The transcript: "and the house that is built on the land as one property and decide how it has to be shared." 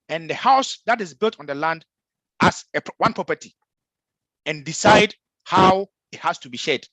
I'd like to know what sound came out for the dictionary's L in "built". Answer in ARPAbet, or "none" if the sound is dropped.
L